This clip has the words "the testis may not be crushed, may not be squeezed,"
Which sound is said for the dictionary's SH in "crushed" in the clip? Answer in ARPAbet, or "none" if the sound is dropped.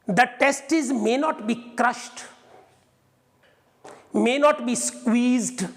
SH